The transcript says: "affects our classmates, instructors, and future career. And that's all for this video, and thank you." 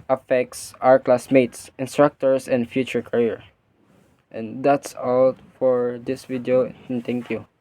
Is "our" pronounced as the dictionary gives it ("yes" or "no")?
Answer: yes